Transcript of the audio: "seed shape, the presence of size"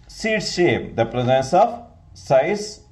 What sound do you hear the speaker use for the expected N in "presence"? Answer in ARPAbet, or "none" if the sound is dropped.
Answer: N